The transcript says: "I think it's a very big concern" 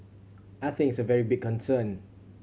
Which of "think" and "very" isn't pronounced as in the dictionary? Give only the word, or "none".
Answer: think